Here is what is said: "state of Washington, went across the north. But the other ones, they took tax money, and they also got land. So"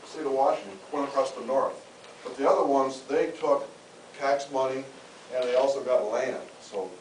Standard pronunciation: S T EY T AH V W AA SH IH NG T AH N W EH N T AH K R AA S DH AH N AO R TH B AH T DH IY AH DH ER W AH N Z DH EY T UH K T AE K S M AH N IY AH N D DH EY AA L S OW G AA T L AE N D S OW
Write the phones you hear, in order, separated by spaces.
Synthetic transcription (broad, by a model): S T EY T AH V W AA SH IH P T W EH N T AH K R AA S DH AH N AO R TH B AH T DH IY AH DH ER W AH N Z DH EY T UH K AE K S M AH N IY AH N DH EY AA L S OW G AA T L AE N D S OW